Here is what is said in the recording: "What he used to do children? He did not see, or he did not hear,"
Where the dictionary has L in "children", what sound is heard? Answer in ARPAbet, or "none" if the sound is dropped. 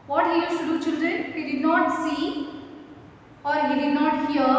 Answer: L